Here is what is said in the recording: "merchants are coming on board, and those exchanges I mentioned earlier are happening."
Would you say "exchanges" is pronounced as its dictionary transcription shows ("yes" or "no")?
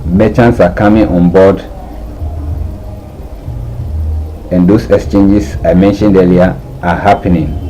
no